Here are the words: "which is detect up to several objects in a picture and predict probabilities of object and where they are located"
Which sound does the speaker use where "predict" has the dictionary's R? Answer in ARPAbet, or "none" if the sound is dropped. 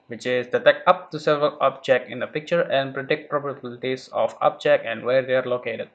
R